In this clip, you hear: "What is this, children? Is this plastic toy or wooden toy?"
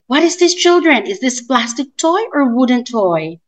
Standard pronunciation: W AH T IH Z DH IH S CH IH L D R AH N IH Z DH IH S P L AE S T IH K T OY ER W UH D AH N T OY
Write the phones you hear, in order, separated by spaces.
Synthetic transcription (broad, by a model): W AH T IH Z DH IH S CH IH L D R AH N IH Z DH IH S P L AE S T IH K T OY ER W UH D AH N T OY